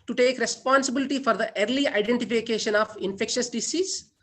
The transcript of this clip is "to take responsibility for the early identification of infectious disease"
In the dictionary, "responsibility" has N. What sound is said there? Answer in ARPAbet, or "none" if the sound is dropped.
N